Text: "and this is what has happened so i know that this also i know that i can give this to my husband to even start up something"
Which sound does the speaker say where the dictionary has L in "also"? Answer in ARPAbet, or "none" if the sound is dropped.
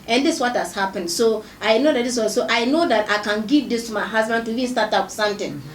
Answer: none